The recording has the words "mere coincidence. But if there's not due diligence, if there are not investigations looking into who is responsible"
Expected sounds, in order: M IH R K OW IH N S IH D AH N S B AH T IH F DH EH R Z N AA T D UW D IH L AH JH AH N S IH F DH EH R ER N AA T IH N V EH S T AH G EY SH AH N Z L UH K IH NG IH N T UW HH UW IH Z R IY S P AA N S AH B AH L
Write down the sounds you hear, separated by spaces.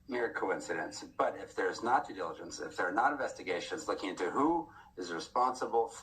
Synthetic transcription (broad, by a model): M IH R K OW IH N S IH D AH N S B AH T IH F DH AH R Z N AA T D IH D IH L AH JH AH N S IH F DH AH R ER N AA T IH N V EH S T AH G EY SH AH N Z L UH K IH NG IH N T UW HH UW IH Z R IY S P AA N S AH B L